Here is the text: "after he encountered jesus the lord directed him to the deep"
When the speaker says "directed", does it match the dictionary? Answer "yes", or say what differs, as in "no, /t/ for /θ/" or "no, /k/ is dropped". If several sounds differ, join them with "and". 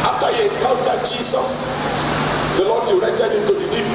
no, /k/ is dropped